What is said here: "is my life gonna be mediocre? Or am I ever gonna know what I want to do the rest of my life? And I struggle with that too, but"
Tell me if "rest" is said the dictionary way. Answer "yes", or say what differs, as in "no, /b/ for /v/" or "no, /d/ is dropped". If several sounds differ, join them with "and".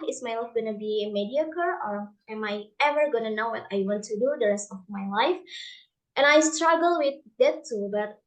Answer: yes